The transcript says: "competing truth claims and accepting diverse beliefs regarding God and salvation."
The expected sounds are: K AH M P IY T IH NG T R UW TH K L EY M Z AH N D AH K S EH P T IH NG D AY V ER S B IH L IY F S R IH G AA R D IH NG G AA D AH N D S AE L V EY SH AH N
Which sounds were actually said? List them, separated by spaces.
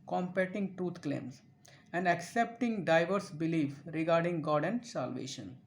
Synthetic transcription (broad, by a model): K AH M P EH T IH NG T R UW T K L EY M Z AH N D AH K S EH P T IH NG D AY V ER S B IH L IY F R IH G AA R D IH NG G AA D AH N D S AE L V EY SH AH N